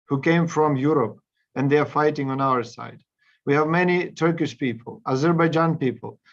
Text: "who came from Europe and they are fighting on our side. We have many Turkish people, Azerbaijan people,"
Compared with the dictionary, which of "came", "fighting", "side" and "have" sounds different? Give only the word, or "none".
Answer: none